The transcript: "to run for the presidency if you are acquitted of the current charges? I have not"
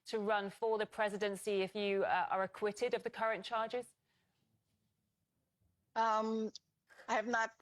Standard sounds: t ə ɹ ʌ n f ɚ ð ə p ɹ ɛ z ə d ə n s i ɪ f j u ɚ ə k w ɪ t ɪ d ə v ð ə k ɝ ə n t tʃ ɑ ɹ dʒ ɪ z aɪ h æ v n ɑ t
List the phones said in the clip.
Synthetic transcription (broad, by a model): t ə ɹ ʌ n f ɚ ð ə p ɹ ɛ z ə d ə n s i ɪ f j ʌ ɚ ə k w ɪ t ɪ d ə v ð ə k ɝ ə n tʃ ɑ dʒ ɪ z aɪ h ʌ v n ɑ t